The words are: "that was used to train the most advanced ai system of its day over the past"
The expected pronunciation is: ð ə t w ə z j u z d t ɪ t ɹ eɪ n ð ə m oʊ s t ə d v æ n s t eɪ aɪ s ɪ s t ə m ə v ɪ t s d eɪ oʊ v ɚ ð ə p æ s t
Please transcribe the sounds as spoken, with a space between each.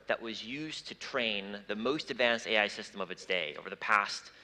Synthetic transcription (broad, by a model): ð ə t w ə z j u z t ɪ t ɹ eɪ n ð ə m oʊ s t ə d v æ n s t eɪ aɪ s ɪ s t ə m ə v ɪ t s d eɪ oʊ v ɚ ð ə p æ s t